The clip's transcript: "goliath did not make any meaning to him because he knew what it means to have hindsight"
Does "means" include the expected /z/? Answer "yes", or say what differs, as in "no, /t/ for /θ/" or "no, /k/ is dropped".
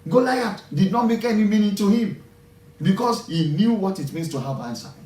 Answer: no, /s/ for /z/